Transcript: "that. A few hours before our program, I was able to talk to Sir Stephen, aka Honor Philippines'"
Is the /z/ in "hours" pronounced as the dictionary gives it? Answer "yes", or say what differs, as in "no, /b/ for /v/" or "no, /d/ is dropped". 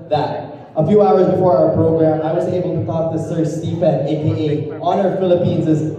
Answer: yes